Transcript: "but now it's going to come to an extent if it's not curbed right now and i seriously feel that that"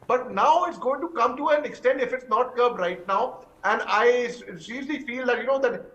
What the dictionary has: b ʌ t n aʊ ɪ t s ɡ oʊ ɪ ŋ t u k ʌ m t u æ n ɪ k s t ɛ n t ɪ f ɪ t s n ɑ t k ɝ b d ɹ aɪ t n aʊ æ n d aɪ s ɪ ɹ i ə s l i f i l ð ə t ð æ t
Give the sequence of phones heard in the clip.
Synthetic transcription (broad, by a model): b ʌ t n aʊ ɪ t s ɡ oʊ ɪ ŋ t u k ʌ m t u æ n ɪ k s t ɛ n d ɪ f ɪ t s n ɑ t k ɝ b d ɹ aɪ t n aʊ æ n d aɪ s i l i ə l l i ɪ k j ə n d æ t